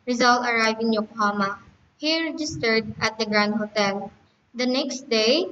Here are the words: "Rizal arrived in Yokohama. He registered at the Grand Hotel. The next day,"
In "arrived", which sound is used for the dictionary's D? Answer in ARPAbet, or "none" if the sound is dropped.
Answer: none